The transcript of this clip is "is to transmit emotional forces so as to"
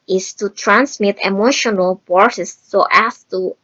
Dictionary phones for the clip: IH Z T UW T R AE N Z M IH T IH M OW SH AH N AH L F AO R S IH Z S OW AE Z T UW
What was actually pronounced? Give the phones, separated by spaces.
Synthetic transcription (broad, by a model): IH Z T UW T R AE N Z M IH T IH M OW SH AH N AH L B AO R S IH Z S OW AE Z T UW